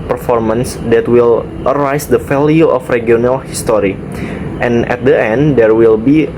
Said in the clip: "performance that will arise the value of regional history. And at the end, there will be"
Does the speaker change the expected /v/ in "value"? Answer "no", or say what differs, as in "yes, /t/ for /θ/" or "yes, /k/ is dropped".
yes, /f/ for /v/